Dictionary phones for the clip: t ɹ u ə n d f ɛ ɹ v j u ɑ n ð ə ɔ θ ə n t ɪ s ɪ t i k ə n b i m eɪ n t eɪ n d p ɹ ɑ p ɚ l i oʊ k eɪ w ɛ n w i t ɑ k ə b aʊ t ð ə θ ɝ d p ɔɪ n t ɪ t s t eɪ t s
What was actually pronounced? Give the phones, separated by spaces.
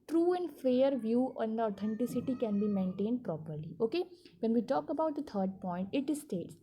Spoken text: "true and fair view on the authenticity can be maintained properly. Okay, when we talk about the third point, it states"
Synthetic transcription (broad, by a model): t ɹ u ə n d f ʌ ɹ v j u ɑ n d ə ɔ t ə n t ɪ s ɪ t i k ə n b i m eɪ n t eɪ n d p ɹ ɑ p ɚ l i oʊ k eɪ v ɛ n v i t ɑ k ə b aʊ t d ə t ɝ d p ɔɪ n t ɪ t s t eɪ t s